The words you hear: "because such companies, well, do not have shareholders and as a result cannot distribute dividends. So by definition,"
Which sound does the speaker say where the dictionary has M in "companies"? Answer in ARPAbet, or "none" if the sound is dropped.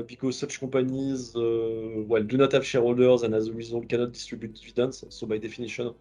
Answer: none